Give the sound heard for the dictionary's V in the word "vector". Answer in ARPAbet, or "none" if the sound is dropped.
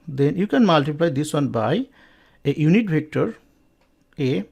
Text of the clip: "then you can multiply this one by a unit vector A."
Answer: B